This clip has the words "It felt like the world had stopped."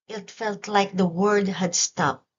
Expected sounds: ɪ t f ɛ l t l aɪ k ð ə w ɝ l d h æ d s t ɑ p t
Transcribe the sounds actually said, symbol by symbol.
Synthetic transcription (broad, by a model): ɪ t f ɛ l t l aɪ k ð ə w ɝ d h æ d s t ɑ p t